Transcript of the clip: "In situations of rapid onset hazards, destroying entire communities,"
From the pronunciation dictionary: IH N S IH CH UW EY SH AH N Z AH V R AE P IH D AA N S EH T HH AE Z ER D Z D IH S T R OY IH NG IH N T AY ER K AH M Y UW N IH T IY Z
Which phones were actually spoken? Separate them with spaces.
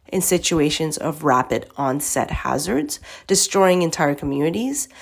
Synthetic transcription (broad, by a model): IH N S IH CH UW EY SH AH N Z AH V R AE P IH D AA N S EH T HH AE Z ER D Z D IH S T R OY IH NG IH N T AY ER K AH M Y UW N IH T IY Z